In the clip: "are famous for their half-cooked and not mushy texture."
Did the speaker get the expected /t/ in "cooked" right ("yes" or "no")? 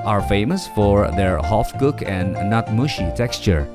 no